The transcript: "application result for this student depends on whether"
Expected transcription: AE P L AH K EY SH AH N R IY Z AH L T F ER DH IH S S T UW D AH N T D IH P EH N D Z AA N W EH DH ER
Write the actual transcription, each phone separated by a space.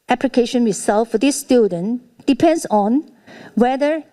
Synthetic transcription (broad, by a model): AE P L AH K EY SH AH N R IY S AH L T F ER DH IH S S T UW D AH N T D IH P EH N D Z AA N W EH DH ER